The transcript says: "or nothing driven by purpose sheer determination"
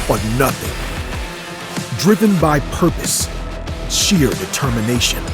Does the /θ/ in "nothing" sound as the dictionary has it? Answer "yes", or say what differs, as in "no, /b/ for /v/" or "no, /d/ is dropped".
yes